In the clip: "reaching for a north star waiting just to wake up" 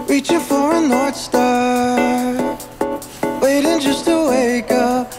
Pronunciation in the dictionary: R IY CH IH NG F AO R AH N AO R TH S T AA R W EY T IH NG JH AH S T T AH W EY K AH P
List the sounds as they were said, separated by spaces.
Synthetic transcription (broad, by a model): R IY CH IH F AO R AH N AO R T S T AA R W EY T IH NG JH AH S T T AH W EY K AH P